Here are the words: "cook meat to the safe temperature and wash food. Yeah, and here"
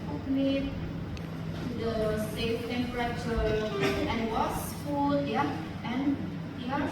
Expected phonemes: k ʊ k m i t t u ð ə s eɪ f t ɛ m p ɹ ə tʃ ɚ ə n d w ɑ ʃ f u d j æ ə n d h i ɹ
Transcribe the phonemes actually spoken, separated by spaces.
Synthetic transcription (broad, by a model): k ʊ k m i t t u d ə s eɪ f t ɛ m p ɹ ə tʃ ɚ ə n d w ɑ s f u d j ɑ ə n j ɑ